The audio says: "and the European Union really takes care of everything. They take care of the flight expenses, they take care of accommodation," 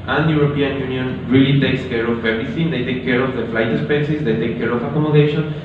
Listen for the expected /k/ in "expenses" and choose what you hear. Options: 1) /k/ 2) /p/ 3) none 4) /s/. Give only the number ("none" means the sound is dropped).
3